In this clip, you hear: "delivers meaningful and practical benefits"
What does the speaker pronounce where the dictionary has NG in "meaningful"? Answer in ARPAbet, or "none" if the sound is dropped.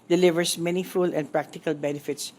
none